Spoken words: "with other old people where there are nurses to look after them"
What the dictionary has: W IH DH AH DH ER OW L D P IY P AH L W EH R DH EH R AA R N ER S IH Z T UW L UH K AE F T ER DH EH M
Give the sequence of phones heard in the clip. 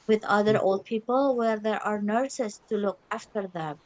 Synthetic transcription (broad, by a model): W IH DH AH DH ER OW L D P IY P AH L W EH R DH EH R AA R N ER S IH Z T UW L UH K AE F T ER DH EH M